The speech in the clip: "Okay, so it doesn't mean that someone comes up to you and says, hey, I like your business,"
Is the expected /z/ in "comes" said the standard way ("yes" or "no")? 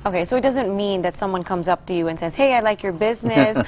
yes